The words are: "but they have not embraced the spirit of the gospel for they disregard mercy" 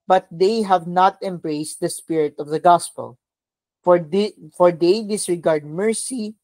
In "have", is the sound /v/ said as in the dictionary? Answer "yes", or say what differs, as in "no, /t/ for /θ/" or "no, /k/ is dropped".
yes